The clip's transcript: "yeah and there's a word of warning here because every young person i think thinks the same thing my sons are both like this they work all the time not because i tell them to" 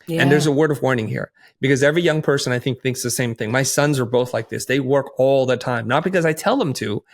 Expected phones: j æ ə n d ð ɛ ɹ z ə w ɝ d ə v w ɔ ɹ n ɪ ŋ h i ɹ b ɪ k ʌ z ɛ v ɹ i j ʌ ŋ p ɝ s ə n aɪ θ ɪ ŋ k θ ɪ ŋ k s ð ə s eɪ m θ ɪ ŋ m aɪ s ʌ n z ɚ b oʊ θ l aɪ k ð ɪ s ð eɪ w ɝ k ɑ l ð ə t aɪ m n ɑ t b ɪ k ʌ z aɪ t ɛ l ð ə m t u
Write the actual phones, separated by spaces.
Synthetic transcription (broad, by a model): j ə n ð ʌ ɹ z ə w ɝ d ə v w ɔ ɹ n ɪ ŋ h i ɹ b ɪ k ʌ z ɛ v ɹ i j ʌ ŋ p ɝ s ə n aɪ θ ɪ ŋ k θ ɪ ŋ k s ð ə s eɪ m θ ɪ ŋ m aɪ s ʌ n z ɚ b oʊ θ l aɪ k ð ɪ s ð eɪ w ɝ k ɑ l ð ə t aɪ m n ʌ t b ɪ k ʌ z aɪ t ɛ l ð ə m t u